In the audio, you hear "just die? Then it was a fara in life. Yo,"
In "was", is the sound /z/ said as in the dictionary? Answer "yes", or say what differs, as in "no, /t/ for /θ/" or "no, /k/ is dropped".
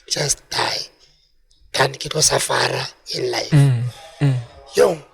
no, /s/ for /z/